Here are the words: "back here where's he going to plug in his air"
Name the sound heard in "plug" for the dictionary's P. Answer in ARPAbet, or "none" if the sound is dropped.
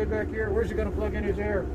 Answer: F